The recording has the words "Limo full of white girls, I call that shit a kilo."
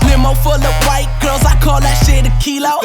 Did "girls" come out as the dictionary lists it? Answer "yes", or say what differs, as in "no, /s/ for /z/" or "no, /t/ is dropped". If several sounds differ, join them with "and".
no, /l/ is dropped